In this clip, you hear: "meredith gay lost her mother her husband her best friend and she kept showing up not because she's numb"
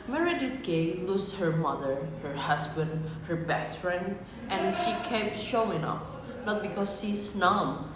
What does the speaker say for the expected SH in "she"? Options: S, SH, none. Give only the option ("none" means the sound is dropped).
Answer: SH